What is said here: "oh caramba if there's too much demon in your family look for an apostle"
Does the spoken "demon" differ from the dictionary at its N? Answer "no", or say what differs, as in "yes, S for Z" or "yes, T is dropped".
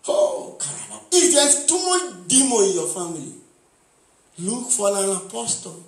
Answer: yes, N is dropped